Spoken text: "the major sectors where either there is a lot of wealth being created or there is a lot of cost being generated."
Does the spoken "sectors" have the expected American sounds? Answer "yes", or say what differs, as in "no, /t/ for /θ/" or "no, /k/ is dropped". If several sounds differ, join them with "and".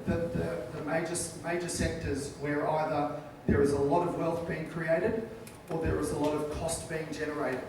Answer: yes